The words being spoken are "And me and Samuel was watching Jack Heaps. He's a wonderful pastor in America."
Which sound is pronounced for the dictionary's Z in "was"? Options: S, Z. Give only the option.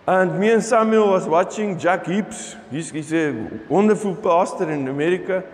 S